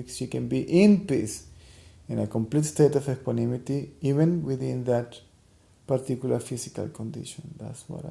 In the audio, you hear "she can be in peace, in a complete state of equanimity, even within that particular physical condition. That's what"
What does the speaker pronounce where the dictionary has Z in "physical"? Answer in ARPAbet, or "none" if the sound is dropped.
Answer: S